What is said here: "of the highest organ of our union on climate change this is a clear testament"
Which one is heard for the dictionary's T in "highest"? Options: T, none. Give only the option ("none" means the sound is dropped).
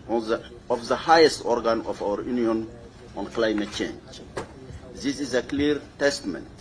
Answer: T